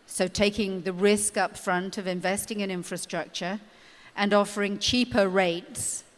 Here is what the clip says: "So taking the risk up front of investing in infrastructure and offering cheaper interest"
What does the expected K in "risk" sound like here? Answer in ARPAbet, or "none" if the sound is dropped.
K